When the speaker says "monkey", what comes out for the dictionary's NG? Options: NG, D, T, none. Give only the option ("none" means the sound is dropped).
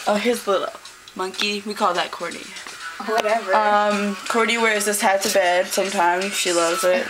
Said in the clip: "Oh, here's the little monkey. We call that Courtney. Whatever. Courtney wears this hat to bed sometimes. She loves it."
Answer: NG